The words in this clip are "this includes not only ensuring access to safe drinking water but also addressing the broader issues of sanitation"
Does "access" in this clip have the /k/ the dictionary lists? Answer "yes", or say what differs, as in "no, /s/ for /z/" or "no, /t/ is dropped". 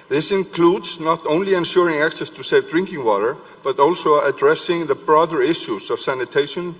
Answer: yes